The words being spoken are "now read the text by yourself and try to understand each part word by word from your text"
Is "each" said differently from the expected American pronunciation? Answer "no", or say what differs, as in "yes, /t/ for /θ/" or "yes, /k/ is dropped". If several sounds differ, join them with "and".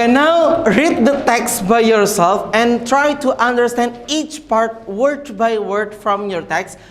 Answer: no